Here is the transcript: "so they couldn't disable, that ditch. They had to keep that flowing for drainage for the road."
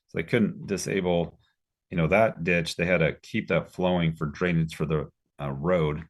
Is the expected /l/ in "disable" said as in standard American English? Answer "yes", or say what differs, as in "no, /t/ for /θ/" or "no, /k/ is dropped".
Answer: no, /n/ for /l/